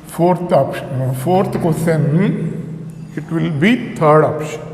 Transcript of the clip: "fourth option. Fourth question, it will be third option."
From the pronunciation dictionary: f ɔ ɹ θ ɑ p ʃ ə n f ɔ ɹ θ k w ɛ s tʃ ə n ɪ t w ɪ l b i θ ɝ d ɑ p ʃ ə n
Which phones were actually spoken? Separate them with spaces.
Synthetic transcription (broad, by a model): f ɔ ɹ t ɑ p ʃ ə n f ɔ ɹ t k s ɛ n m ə ɪ t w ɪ l b i t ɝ d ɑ p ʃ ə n